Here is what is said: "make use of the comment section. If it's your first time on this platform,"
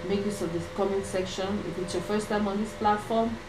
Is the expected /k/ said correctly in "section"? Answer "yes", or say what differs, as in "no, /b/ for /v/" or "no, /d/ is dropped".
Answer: yes